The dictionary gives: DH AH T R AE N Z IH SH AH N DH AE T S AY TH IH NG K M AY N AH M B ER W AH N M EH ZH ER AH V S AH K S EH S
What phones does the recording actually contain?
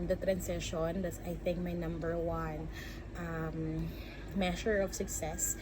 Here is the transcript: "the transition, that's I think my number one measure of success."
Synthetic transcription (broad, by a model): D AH T R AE N S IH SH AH N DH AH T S AY TH IH NG K M AY N AH M B ER W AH N M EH SH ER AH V S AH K S EH S